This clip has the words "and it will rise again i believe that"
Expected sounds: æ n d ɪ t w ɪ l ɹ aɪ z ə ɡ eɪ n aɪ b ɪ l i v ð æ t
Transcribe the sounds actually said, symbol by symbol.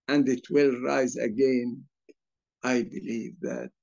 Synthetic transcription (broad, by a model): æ n d ɪ t w ɪ l ɹ aɪ z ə ɡ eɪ n aɪ b ɪ l i v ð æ t